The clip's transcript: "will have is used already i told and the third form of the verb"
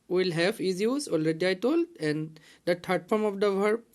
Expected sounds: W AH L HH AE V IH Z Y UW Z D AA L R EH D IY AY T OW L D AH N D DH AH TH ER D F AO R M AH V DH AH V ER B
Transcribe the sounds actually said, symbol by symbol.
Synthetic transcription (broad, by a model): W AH L HH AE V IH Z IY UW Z AA L R EH D IY AY T OW L D AH N D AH T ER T F AO R M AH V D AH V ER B